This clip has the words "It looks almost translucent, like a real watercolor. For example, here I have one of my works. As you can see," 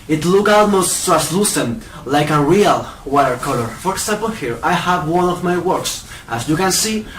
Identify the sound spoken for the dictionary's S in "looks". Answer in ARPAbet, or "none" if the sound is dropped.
none